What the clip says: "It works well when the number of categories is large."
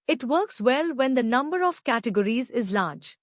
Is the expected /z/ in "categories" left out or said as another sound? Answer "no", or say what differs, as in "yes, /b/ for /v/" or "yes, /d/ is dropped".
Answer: no